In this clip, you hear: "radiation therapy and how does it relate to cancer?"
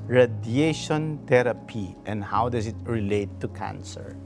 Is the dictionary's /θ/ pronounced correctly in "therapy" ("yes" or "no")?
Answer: no